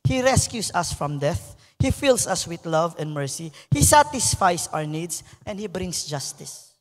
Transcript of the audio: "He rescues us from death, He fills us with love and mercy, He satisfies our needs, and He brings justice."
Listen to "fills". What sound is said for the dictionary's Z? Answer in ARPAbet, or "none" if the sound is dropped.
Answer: S